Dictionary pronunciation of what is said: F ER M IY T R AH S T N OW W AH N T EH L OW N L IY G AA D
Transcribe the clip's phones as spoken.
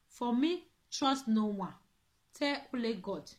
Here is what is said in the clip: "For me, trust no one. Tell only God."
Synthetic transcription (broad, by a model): F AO M IY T R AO S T N OW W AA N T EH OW L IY G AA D